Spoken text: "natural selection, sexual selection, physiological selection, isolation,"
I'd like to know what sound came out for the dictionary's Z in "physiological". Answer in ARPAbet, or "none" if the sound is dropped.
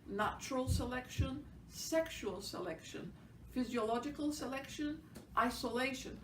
Z